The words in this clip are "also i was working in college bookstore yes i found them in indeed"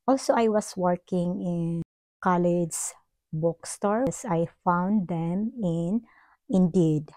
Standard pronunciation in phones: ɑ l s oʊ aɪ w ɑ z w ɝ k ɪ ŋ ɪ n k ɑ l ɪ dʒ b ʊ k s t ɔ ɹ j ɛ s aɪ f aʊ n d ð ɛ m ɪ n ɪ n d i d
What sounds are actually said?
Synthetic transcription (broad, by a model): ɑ l s oʊ aɪ w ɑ s w ɝ k ɪ ŋ ɪ n k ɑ l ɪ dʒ b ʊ k s t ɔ ɹ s aɪ f aʊ n d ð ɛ m ɪ n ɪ n d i d